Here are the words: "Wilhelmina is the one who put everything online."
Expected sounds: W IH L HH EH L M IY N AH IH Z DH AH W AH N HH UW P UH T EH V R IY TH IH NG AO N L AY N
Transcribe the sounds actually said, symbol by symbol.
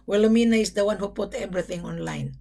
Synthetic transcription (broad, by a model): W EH L M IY N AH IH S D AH W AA N HH UW P UH T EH B R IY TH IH NG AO N L AY N